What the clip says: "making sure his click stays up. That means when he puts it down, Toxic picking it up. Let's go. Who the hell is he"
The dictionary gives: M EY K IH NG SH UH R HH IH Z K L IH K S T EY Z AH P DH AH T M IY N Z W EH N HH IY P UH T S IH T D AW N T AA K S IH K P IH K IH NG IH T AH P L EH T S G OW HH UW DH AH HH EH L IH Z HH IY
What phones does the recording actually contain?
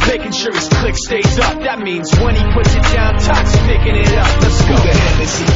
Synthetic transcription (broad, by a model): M EY K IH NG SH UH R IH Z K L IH K S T EY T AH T DH AH T M IY N Z W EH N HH IY P UH T S IH T D AW N T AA K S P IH K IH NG IH T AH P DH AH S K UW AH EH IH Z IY